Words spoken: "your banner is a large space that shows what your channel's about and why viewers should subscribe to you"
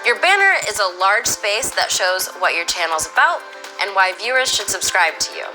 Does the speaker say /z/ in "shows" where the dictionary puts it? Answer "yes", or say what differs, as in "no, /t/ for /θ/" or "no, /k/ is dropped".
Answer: yes